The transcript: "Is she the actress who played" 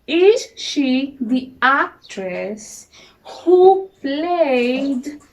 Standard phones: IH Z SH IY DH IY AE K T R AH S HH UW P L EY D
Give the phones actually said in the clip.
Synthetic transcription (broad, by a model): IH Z SH IY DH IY AE K T R AH S HH UW P L EY D